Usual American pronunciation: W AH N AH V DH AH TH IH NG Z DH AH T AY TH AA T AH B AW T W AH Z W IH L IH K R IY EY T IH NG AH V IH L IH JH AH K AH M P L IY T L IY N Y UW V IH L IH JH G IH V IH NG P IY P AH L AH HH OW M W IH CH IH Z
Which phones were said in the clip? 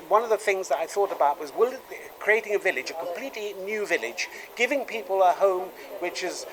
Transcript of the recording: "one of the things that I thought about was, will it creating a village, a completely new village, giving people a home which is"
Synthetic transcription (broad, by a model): W AH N AH V DH AH TH IH NG Z DH AH T AY TH AA T AH B AW T W AH Z W IH L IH K R IY EY T IH NG AH V IH L IH JH AH K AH M P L IY T L IY N Y UW V IH L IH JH G IH V IH NG P IY P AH L AH HH OW M W IH CH IH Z